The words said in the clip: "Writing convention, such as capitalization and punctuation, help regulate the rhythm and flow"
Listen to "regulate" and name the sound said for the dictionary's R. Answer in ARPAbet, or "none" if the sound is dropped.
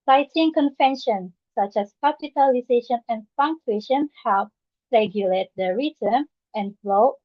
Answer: R